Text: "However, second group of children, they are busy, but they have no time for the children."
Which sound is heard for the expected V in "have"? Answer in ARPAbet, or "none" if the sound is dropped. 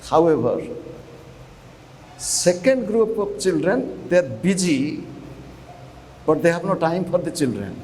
P